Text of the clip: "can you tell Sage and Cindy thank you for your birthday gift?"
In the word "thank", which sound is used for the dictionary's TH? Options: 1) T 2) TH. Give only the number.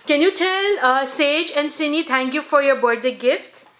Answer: 1